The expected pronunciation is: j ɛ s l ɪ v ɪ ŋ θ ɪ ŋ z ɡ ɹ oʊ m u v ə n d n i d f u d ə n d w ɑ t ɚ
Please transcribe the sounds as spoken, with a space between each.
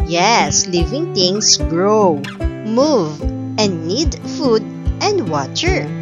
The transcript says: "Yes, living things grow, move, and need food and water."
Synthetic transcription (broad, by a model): j ɛ s l ɪ v ɪ ŋ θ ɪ ŋ s ɡ ɹ oʊ m u v ə n d n i d f u d ə n d w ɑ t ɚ